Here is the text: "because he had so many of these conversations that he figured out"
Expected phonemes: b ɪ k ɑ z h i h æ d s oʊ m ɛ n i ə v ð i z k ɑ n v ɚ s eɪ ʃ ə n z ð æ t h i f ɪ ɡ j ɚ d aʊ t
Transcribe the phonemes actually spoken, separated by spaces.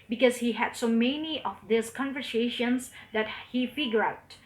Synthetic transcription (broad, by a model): b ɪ k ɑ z h i h æ d s oʊ m ɛ n i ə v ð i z k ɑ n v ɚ s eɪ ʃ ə n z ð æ t h i f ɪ ɡ j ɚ aʊ t